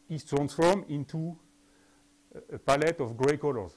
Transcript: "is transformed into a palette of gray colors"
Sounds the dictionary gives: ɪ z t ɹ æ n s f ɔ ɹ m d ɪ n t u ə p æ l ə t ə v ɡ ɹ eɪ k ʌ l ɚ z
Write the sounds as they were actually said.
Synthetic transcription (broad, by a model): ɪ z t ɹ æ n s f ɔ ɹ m ɪ n t u ə p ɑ l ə t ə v ɡ ɹ eɪ k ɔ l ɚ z